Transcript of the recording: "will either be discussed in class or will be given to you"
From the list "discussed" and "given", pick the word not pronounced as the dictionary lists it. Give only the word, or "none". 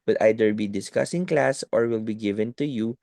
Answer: discussed